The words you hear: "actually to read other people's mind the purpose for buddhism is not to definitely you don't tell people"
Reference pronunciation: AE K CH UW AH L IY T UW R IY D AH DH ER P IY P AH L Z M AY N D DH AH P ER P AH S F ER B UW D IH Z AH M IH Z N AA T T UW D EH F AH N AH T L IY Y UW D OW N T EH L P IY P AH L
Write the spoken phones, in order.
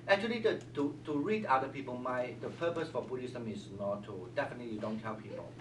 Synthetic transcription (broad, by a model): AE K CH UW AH L IY T UW R IY D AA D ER P IY P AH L M AY D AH P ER P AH S F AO B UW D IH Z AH M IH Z N AA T T UW D EH F AH N AH T L IY Y UW D OW N T EH L P IY P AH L